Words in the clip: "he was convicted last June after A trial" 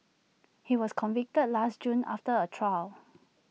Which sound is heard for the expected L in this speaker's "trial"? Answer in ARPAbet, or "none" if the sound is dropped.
L